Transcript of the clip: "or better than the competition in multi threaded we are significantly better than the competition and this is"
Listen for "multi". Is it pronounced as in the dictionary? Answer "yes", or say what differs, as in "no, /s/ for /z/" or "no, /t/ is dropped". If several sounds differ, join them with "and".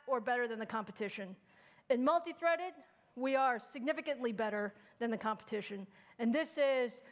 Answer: yes